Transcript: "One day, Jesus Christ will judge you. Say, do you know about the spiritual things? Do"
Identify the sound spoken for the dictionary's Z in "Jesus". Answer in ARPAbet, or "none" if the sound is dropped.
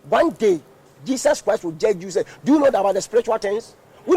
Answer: S